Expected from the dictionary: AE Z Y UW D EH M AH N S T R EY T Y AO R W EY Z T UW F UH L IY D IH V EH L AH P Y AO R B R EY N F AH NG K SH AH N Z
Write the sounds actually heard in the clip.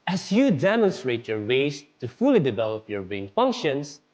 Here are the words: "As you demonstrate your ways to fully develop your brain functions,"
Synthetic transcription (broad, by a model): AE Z Y UW D EH M AH N S T R EY T Y AO R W EY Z T UW F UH L IY D IH V EH L AH P Y AO R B EY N F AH NG K SH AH N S